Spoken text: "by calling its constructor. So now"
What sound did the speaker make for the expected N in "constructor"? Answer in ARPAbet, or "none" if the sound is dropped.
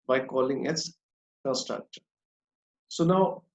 none